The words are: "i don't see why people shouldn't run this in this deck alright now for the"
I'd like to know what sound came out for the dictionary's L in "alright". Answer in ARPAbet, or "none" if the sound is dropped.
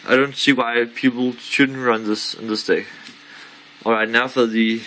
L